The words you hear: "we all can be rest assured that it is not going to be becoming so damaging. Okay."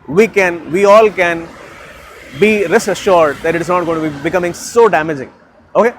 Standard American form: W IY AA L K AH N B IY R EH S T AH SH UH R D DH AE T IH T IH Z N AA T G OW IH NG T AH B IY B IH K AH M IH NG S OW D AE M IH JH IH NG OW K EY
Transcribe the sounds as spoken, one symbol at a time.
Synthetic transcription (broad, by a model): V IY AA L K AH N B IY R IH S AH SH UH R D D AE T IH T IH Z N AA T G OW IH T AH B IY B IH K AH M IH NG S OW D AE M IH JH IH NG OW K EY